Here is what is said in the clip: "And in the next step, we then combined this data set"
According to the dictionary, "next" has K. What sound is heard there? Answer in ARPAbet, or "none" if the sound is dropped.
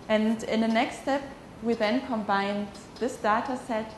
K